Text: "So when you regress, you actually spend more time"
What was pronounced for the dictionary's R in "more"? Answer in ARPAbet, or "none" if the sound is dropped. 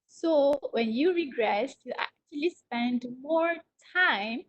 R